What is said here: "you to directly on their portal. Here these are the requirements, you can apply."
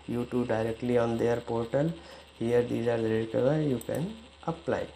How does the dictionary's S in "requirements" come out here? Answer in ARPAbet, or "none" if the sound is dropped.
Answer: none